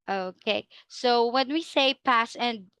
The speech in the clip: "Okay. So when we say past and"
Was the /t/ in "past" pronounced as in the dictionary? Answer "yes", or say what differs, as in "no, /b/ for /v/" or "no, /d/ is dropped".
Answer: no, /t/ is dropped